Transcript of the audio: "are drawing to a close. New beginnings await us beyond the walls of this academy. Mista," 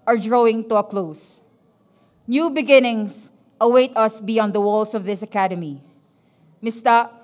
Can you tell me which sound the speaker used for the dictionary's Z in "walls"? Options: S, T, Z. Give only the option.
S